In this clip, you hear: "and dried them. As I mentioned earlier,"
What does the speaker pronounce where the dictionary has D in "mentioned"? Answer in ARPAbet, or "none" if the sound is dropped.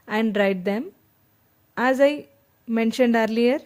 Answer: D